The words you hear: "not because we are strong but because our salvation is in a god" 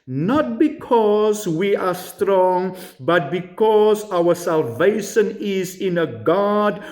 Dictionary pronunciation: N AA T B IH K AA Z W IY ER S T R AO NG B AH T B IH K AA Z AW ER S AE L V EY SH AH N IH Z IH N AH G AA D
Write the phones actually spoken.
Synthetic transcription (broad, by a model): N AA T B IH K AA Z W IY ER S T R AO NG B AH T B IH K AA Z AW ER S AE L V EY SH AH N IH Z IH N AH G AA D